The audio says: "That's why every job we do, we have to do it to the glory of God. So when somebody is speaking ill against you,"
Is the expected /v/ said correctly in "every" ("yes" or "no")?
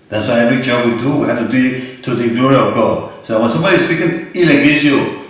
no